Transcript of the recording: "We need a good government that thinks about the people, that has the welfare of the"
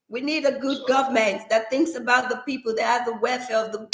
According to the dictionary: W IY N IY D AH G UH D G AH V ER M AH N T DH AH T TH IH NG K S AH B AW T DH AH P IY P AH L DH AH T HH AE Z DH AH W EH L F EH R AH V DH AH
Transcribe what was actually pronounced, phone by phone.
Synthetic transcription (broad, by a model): W IY N IY D AH G UH D G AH V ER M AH N T DH AH T TH IH NG K S AH B AW T DH AH P IY P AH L DH AH T HH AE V DH AH W EH F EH R AH V DH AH